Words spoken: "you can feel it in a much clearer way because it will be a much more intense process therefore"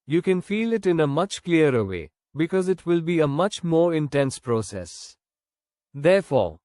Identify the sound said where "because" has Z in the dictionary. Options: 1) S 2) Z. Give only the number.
2